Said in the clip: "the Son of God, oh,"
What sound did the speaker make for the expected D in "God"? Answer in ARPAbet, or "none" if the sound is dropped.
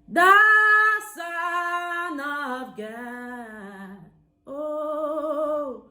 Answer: none